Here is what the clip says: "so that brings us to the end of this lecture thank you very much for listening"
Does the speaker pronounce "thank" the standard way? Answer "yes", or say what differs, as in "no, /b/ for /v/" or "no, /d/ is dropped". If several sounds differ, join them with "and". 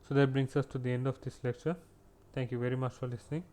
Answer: no, /t/ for /θ/